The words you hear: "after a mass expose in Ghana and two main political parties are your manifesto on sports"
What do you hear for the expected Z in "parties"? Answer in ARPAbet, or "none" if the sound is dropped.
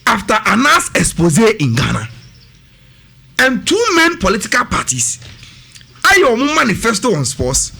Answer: S